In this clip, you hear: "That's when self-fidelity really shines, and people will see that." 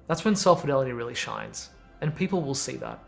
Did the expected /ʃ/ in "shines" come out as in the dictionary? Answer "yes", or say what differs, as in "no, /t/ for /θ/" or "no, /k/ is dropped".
yes